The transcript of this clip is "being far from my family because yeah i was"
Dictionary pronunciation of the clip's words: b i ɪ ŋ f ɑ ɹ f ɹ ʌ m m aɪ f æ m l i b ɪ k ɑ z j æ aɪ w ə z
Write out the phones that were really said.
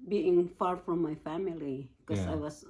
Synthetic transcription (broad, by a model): b i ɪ ŋ f ɑ ɹ f ɹ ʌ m m aɪ f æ m i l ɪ k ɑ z aɪ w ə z